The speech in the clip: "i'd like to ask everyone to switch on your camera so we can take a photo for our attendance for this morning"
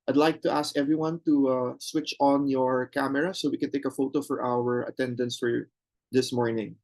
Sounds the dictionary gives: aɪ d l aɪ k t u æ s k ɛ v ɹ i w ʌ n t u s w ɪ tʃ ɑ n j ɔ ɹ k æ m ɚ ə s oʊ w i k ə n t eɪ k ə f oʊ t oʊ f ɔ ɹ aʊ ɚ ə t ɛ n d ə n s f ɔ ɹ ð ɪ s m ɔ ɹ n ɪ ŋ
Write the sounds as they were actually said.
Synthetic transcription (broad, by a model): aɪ d l aɪ k t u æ s k ɛ v ɹ i w ʌ n t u s w ɪ tʃ ɑ n j ɔ ɹ k æ m ɚ ə s oʊ w i k ə n t eɪ k ə f oʊ t oʊ f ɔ ɹ aʊ ɚ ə t ɛ n d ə n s f ɔ ɹ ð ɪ s m ɔ ɹ n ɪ ŋ